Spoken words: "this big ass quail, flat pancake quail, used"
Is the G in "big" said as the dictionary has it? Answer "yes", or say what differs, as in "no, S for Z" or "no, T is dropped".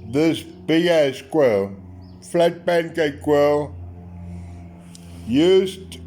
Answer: no, G is dropped